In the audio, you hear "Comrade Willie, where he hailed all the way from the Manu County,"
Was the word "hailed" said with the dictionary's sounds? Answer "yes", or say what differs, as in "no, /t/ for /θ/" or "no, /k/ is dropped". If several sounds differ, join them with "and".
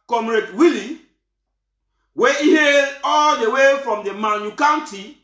no, /l/ is dropped